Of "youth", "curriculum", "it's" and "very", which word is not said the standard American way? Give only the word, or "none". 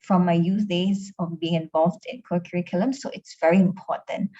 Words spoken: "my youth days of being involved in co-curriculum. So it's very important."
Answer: youth